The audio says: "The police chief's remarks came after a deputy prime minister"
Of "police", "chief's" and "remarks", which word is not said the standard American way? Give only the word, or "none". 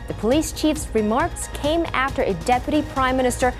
none